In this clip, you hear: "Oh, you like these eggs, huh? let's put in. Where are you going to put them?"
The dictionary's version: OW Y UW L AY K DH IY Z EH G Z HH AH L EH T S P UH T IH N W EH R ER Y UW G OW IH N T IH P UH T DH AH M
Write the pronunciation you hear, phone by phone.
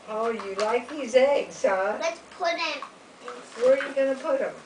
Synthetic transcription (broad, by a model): OW Y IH L AY K DH IY Z EH G Z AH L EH T S P UH T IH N W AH R Y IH G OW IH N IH P UH T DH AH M